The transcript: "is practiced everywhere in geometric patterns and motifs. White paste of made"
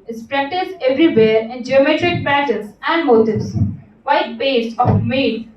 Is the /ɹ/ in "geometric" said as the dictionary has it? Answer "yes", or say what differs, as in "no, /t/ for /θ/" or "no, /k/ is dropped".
yes